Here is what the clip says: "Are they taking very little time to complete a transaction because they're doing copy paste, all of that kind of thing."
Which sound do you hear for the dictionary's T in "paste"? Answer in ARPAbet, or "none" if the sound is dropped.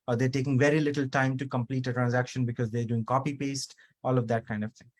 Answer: T